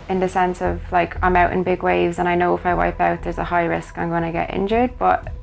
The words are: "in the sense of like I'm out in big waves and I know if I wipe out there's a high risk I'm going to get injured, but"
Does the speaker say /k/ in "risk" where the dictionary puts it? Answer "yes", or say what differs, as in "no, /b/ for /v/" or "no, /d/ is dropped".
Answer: yes